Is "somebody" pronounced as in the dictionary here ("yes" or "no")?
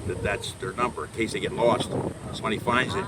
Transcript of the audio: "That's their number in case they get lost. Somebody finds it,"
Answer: no